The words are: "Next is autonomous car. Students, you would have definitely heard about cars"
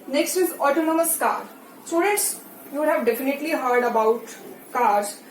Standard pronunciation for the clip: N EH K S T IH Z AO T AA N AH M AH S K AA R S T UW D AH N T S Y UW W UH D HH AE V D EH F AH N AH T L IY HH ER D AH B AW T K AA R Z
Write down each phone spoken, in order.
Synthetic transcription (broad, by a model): N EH K S T IH Z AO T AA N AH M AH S K AA R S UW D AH T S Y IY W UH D HH AE V D EH F AH N AH T L IY HH ER D AH B AW T K AA R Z